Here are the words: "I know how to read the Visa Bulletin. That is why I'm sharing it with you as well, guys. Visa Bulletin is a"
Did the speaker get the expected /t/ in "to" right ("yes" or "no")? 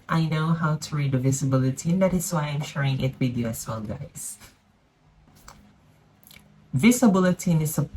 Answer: yes